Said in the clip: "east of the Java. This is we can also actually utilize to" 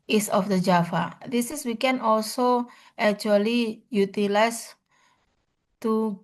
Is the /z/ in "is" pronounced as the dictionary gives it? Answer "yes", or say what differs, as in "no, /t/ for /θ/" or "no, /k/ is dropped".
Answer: no, /s/ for /z/